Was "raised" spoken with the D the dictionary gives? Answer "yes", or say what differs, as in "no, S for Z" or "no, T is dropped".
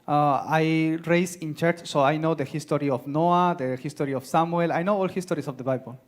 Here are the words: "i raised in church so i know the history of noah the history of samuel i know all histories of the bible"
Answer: no, D is dropped